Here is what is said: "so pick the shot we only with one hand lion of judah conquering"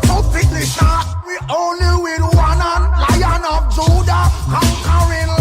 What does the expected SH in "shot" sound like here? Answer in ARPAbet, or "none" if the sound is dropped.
S